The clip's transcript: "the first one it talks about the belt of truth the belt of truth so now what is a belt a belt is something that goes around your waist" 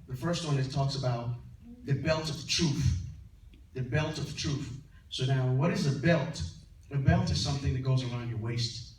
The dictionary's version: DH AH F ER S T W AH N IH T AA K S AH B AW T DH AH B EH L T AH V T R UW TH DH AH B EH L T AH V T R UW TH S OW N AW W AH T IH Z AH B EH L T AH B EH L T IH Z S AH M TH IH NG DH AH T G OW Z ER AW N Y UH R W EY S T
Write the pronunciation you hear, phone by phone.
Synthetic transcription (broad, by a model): DH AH F ER S T W AH N IH T AA K S AH B AW T DH AH B EH L T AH V T R UW TH DH AH B EH L T AH V T R UW TH S OW N AW W AH T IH Z AH B EH L T AH B EH L T IH Z S AH M TH IH NG DH AH T G OW Z ER AW N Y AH R W EY S T